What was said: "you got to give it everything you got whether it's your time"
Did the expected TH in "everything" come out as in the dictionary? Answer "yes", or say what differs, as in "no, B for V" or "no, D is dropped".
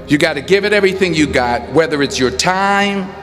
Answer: yes